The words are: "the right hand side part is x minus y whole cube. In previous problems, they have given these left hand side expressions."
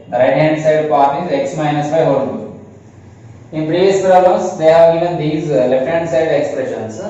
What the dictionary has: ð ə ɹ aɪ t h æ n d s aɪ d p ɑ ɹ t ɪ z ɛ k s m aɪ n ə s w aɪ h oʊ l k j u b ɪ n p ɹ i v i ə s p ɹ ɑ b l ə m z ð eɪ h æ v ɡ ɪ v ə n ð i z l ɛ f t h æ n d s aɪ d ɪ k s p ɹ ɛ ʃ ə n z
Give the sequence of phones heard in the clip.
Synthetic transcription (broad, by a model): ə ɹ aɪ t h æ n d s aɪ d p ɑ ɹ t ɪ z ɛ k s m aɪ n ə s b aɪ h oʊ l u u ɪ n p ɹ i v i ə s p ɹ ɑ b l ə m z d eɪ h æ v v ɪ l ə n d i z l ɛ f t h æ n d s aɪ d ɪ k s p ɹ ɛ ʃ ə n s